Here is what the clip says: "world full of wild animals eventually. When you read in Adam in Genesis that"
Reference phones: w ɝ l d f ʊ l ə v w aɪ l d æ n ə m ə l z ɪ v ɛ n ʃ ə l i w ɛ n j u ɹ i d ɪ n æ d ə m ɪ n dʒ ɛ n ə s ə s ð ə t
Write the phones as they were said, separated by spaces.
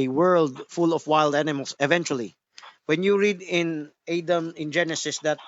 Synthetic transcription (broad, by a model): w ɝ l d f ʊ l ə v w aɪ l d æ n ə m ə l s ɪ v ɛ n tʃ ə l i w ɛ n j u ɹ i d ɪ n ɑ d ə m ɪ n dʒ ɛ n ə s ə s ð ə t